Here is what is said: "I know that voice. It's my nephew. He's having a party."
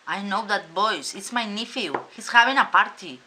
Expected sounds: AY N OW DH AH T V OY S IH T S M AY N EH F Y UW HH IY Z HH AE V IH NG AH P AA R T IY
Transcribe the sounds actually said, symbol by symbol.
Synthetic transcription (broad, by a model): AY N OW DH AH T B OY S IH T S M AY N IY F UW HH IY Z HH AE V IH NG AH P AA R T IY